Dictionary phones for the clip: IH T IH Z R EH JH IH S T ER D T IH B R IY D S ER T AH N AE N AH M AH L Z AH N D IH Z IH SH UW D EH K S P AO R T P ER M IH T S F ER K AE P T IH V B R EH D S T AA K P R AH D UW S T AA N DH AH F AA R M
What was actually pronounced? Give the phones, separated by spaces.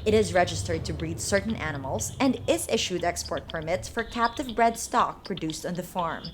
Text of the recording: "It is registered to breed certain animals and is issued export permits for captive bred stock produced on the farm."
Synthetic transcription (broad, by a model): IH T IH Z R EH JH IH S T ER D T IH B R IY D S ER T N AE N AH M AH L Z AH N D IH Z IH SH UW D EH K S P AO R T P ER M IH T S F ER K AE P T IH V B R EH D S T AA K P R AH D UW S T N DH AH F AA R M